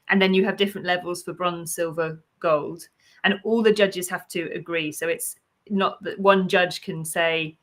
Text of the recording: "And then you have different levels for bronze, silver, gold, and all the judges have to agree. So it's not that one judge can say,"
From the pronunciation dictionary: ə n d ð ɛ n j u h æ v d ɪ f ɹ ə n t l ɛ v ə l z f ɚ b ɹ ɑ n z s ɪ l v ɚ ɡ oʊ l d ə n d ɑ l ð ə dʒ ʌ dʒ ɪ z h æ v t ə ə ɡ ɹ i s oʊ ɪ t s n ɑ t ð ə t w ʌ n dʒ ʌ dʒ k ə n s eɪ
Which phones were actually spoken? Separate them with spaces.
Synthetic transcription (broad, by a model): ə n ð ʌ n j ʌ v d ɪ f ɹ ə n t l ɛ v ə l z f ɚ b ɹ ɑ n s ɪ l v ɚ ɡ oʊ l d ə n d ɑ l ð ə dʒ ʌ dʒ ɪ z h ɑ f t ə ə ɡ ɹ i s oʊ ɪ t s n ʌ t ð ə t w ʌ n dʒ ʌ ʒ k ə n s eɪ